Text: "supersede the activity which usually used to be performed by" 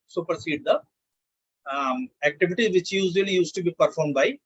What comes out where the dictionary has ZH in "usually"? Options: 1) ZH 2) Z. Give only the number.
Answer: 2